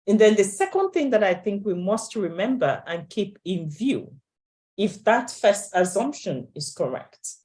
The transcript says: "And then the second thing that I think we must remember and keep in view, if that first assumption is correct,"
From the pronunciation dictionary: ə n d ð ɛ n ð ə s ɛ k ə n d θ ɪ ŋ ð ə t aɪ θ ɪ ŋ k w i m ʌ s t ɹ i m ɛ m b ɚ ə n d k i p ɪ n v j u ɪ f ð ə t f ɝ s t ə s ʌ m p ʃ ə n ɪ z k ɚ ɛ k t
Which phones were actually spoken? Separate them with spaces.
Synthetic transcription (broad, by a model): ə n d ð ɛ n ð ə s ɛ k ə n d θ ɪ ŋ ð ə t aɪ θ ɪ ŋ k w i m ʌ s t ɹ i m ɛ m b ɚ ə n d k i p ɪ n v j u ɪ f ð ə t f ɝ s t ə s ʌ m p ʃ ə n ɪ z k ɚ ɛ k t